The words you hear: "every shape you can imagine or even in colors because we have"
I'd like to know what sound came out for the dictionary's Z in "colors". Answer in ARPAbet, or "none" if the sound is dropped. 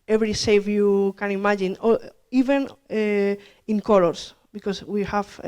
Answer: S